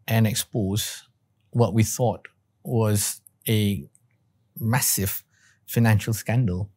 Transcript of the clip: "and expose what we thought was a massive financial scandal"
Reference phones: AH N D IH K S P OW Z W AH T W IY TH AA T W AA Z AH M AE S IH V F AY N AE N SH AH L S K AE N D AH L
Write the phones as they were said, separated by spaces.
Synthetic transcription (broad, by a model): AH N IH K S P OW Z W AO T W IY TH AA T W AA Z AH M AE S IH V F AY N AE N SH AH L S K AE N D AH L